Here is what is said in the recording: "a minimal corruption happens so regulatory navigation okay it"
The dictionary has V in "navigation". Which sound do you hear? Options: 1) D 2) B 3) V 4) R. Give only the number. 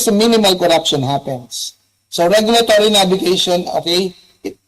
2